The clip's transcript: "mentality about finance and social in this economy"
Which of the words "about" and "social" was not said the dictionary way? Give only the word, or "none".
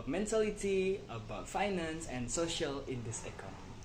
none